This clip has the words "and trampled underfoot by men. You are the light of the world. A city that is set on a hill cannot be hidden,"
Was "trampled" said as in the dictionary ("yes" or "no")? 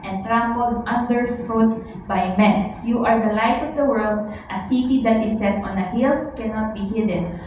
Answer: yes